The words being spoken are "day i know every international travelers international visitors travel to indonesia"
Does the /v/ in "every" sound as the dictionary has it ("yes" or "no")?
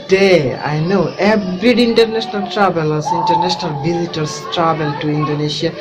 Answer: no